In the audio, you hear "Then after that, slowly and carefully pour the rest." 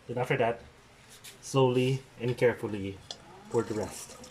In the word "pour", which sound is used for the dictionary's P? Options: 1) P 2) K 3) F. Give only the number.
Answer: 3